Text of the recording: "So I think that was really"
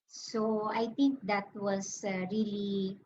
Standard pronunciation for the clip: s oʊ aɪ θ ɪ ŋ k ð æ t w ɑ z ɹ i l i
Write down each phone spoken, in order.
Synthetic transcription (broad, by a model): s oʊ aɪ t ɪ ŋ k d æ t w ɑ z ɹ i l i